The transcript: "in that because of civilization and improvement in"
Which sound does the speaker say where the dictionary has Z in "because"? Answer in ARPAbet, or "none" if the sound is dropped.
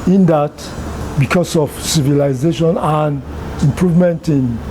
S